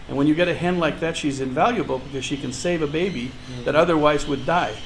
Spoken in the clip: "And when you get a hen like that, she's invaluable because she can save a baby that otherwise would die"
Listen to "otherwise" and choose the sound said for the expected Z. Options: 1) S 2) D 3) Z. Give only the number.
3